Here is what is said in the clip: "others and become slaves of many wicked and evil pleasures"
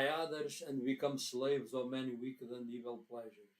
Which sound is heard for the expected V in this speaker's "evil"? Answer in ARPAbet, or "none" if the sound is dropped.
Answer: V